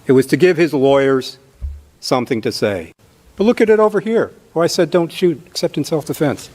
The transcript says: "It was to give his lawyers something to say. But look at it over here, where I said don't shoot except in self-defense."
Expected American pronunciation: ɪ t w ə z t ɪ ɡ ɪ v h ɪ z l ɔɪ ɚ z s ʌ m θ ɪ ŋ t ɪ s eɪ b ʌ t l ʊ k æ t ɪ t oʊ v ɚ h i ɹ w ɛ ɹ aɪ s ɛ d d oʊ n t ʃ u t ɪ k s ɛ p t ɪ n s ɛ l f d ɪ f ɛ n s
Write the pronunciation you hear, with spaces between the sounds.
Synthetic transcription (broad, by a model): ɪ t w ə z t ɪ ɡ ɪ v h ɪ z l ɔɪ ɚ z s ʌ m θ ɪ ŋ t ɪ s eɪ b ʌ t l ʊ k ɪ t ɪ t oʊ v ɚ h i ɹ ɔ aɪ s ɛ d d oʊ n t ʃ u t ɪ k s ɛ p t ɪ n s ɛ l f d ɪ f ɛ n s